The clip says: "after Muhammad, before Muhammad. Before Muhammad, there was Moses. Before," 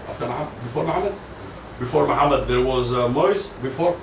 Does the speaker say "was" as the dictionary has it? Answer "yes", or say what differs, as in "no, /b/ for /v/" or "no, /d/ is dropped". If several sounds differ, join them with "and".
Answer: yes